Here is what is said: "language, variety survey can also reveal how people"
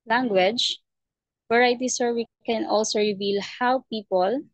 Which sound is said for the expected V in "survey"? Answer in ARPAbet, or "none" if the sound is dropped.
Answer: W